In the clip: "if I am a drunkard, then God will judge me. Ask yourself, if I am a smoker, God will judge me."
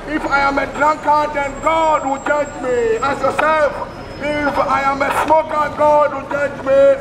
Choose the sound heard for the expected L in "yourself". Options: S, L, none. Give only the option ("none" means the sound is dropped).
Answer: none